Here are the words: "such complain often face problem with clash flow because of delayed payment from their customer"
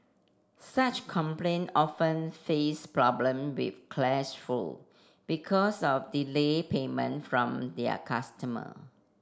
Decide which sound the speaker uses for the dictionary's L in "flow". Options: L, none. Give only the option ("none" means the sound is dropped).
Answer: none